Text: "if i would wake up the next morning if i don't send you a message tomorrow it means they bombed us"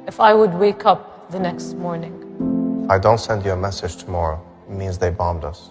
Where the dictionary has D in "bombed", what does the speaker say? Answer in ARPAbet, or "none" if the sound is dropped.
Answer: D